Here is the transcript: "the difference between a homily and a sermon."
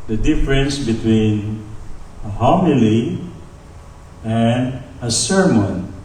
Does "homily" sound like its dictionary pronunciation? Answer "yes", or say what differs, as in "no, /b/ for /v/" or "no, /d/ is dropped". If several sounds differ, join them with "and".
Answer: yes